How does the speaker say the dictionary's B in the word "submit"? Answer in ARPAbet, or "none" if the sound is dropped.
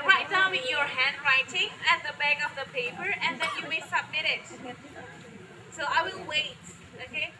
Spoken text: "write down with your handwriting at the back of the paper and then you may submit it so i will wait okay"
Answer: B